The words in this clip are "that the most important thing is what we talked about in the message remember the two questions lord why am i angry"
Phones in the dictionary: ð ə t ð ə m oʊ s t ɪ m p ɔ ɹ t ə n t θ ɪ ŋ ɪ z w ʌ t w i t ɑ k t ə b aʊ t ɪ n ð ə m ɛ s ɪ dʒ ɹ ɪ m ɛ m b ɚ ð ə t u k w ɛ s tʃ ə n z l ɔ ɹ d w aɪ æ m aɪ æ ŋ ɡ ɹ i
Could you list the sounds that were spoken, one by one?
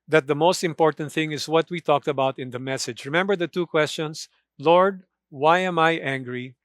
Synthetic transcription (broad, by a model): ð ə t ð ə m oʊ s t ɪ m p ɔ ɹ t ə n t θ ɪ ŋ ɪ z w ʌ t w i t ɑ k t ə b aʊ t ɪ n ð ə m ɛ s ɪ dʒ ɹ ɪ m ɛ m b ɚ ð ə t u k w ɛ s tʃ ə n s l ɔ ɹ d w aɪ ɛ m aɪ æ ŋ ɡ ɹ i